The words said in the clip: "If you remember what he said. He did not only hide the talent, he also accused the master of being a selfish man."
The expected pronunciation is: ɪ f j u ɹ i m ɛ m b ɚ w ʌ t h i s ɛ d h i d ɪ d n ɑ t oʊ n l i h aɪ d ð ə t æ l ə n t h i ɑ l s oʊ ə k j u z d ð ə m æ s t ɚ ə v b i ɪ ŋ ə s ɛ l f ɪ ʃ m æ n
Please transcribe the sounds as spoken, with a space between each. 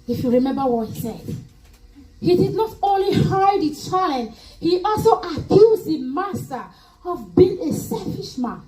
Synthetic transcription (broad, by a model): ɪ f j u ɹ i m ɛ m b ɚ w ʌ t h i s ɛ d h i d ɪ d n ɑ t oʊ n l i h aɪ d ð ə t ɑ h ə t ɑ l s oʊ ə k j u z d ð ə m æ s t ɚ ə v b i ɪ ŋ ə s ɛ l f ɪ ʃ m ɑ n